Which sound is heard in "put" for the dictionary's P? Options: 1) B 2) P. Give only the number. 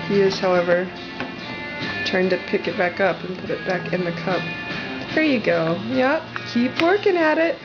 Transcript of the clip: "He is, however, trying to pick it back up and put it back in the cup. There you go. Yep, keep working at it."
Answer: 2